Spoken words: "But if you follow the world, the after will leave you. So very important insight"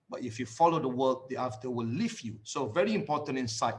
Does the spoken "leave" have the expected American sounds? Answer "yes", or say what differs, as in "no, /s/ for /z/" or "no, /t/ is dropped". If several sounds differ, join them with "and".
no, /f/ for /v/